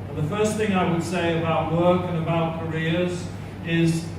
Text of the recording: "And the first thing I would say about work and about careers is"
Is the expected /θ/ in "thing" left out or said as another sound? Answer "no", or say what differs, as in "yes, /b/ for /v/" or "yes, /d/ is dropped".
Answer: no